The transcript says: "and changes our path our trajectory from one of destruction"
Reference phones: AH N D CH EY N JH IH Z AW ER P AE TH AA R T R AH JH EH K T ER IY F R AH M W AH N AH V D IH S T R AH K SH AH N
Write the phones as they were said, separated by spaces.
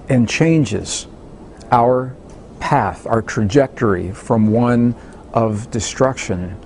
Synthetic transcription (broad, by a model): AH N CH EY N JH IH Z AW ER P AE TH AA R T R AH JH EH K T ER IY F R AH M W AH N AH V D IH S T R AH K SH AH N